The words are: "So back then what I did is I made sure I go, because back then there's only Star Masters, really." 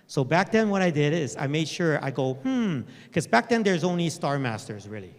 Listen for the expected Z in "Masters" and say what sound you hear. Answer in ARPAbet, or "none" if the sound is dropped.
Z